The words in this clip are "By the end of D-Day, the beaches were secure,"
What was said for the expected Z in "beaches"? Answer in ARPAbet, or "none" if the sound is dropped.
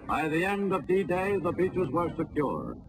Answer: Z